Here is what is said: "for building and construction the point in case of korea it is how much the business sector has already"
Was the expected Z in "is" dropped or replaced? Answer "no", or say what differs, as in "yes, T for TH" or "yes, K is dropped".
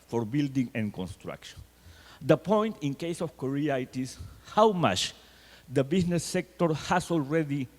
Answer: yes, S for Z